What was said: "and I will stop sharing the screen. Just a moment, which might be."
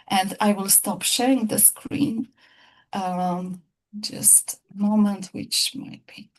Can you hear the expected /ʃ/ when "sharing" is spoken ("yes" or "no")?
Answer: yes